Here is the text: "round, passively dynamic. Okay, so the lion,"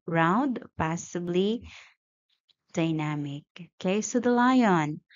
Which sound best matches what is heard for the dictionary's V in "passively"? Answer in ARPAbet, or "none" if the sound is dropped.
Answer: B